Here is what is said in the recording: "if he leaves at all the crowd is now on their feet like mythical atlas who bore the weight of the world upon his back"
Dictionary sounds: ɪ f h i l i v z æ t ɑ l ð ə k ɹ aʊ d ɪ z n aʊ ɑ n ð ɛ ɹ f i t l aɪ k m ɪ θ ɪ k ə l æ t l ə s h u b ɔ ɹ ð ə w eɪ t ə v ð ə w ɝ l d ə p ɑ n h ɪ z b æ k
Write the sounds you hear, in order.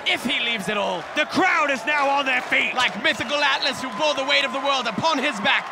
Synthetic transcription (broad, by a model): ɪ f h i l i v z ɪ t ɑ l ð ə k ɹ aʊ d ɪ z n aʊ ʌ n ð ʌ ɹ f i t l aɪ k m ɪ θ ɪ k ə l æ t l ə s h u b ɔ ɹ ð ə w eɪ t ə v ð ə w ɝ l d ə p ɑ n ɪ z b æ k